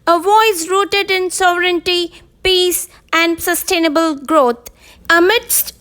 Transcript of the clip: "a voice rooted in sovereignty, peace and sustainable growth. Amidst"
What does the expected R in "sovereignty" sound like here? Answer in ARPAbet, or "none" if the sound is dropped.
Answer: R